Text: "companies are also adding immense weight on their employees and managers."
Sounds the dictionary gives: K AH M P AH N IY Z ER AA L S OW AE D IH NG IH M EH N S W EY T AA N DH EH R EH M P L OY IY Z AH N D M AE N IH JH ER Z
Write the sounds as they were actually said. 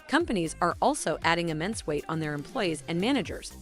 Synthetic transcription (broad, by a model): K AH M P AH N IY Z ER AA L S OW AE D IH NG IH M EH N S W EY T N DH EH R EH M P L OY IY Z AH N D M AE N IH JH ER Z